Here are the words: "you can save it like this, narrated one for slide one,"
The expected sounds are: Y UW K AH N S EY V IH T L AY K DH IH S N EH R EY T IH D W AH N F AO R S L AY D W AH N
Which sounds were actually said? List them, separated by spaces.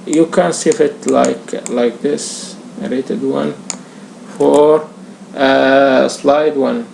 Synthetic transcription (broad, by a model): Y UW K AH N S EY F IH T L AY K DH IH S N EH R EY T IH D W AH N F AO R S L AY D W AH N